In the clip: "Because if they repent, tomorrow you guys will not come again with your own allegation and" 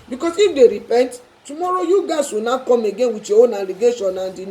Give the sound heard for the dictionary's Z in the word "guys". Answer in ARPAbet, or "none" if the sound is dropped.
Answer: S